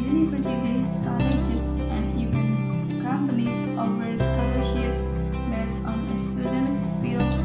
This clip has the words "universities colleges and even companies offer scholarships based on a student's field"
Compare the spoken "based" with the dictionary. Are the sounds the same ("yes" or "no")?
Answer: no